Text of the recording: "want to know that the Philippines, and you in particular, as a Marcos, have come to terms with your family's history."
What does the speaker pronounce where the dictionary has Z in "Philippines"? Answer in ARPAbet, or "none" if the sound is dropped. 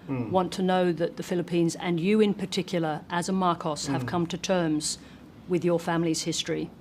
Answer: Z